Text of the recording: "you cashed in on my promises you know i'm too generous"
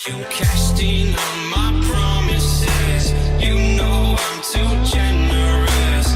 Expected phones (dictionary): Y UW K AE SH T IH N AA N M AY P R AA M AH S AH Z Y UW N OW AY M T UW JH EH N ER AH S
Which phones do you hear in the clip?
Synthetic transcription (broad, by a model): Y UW K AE S T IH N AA N M AY P R AA M AH S AH Z Y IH N OW AY M S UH JH EH N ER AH S